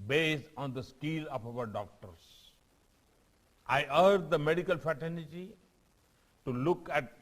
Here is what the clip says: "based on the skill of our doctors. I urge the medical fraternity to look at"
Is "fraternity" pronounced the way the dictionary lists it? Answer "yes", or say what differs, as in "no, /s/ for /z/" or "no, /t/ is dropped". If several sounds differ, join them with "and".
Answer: no, /ɹ/ is dropped